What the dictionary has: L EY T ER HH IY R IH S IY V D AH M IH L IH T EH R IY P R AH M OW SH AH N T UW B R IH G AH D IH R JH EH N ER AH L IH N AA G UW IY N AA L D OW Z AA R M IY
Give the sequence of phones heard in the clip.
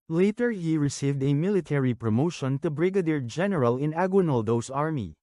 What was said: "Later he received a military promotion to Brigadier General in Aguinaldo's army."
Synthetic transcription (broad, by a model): L EY T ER HH IY R IH S IY V D AH M IH L IH T EH R IY P R AH M OW SH AH N T UW B R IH G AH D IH R JH EH N ER AH L IH N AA G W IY N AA L D OW S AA R M IY